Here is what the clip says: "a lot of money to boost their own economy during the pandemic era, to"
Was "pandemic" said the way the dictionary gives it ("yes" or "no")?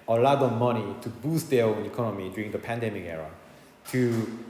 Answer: yes